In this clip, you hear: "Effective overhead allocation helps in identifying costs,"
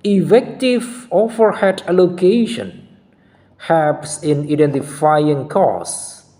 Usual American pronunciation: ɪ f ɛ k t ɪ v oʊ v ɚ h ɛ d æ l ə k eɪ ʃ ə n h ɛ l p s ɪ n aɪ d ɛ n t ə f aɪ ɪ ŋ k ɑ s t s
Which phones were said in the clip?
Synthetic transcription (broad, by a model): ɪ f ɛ k t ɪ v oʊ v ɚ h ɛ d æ l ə k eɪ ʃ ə n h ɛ p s ɪ n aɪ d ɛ n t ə f aɪ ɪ ŋ k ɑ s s